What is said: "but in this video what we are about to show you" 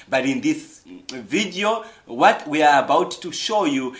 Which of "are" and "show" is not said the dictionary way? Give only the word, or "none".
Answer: none